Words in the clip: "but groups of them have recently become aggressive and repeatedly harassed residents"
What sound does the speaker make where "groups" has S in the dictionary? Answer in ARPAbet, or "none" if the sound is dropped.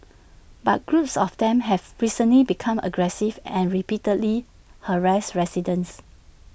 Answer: S